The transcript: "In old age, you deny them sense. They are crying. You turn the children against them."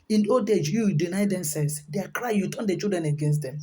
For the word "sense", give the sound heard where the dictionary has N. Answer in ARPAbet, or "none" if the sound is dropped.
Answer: none